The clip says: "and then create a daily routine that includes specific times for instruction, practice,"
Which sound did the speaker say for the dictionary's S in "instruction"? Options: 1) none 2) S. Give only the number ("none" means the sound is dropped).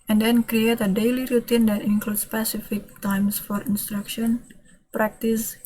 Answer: 2